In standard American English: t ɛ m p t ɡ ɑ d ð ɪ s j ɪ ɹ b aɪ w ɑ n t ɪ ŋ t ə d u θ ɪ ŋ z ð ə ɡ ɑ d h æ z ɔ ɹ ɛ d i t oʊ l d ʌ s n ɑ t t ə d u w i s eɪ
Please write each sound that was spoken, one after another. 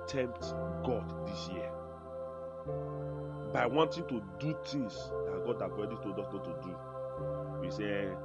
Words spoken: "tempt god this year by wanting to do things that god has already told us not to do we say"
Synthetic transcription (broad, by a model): t ɛ m p t ɡ ɑ d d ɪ s j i b aɪ w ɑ n t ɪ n t ə d u t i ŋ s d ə ɡ ɑ d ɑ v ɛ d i t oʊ d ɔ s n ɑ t t ə d u w i s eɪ